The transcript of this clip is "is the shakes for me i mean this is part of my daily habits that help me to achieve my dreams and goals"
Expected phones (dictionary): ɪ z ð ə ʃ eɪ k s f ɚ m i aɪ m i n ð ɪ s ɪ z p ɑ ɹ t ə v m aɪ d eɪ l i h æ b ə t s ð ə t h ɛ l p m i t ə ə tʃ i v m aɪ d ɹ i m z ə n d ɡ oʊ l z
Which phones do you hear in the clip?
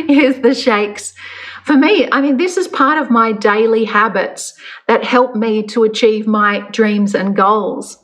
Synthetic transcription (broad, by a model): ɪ z ð ə ʃ eɪ k s f ɚ m i aɪ m i n ð ɪ s ɪ z p ɑ ɹ t ə v m aɪ d eɪ l i h æ b ə t s ð ə t h ɛ l p m i t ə ə tʃ i v m aɪ d ɹ i m z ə n ɡ oʊ l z